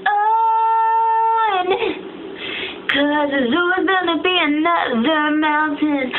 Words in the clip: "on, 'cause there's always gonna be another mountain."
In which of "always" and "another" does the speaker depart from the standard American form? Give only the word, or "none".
always